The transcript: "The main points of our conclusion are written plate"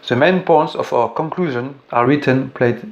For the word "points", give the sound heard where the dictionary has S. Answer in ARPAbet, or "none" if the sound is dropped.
S